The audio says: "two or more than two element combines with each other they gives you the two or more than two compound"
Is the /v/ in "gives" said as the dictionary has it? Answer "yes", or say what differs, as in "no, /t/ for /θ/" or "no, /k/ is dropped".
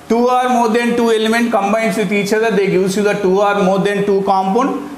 no, /v/ is dropped